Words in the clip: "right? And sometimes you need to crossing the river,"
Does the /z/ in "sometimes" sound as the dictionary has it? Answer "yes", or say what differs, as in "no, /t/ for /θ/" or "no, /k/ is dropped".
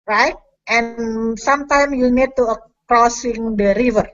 no, /z/ is dropped